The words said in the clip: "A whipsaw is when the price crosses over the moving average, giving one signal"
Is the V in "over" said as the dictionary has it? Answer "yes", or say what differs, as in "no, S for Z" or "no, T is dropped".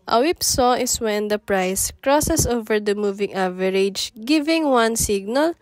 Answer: yes